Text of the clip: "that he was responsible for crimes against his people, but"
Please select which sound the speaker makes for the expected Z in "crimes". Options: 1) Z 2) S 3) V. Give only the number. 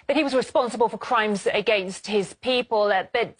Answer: 1